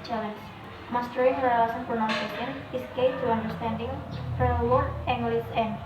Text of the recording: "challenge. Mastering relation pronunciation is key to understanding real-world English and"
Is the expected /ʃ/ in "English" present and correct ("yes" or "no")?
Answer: no